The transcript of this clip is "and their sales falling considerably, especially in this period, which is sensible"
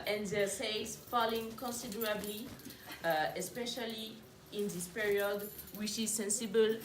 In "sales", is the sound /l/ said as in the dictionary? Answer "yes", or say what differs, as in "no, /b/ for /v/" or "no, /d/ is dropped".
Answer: no, /l/ is dropped